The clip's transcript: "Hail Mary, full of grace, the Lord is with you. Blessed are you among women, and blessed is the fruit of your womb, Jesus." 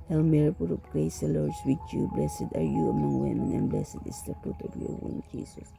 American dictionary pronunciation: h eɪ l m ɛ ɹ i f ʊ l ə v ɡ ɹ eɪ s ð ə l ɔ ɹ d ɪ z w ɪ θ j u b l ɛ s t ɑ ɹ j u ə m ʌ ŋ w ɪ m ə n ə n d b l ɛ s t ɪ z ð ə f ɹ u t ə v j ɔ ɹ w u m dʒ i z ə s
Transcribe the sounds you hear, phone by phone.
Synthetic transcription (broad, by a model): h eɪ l m ɛ ɹ i p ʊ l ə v ɡ ɹ eɪ s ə l ɔ ɹ d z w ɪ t j u b l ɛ s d ɑ ɹ j u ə m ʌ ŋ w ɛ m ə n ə n b l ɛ s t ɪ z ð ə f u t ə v j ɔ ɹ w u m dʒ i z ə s